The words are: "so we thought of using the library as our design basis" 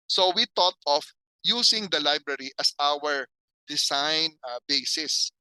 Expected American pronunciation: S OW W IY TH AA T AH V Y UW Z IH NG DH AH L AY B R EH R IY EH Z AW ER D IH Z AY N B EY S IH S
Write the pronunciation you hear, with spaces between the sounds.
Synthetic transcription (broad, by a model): S OW W IY T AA T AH F Y UW S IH NG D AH L AY B R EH R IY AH S AW ER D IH S AY N B EY S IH S